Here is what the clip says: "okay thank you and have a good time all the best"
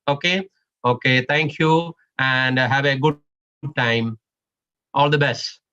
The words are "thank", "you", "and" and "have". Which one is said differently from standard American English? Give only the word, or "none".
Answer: thank